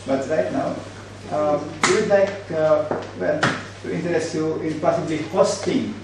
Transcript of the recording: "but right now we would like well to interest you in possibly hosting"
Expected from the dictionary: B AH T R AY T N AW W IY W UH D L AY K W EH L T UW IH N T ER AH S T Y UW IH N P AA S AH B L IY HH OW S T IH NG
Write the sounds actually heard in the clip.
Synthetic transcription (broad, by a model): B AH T R AY T N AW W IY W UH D L AY K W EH N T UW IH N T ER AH S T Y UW IH N P AA S AH B L IY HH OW S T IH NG